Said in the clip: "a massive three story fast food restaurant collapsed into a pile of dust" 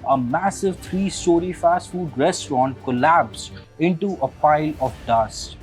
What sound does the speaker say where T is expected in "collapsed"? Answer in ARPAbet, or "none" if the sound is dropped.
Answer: none